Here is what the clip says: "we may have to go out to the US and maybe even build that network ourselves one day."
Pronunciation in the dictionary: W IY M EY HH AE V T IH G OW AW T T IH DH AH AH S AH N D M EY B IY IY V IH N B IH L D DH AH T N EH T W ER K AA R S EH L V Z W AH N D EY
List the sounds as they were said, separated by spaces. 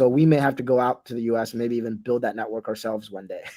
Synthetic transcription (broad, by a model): W IY M EY HH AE F T IH G OW AW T T IH DH AH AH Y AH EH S M EY B IY IY V IH N B IH L D DH AH T N EH T W ER K AA R S EH L V Z W AH N D EY